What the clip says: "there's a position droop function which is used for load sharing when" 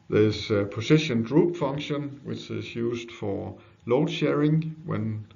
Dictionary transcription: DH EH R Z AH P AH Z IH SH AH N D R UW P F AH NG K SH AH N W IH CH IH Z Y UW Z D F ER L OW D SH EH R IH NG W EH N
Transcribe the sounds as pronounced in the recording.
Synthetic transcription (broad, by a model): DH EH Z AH P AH S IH SH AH N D R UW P F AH NG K SH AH N W IH CH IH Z Y UW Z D F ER L OW D SH EH R IH NG W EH N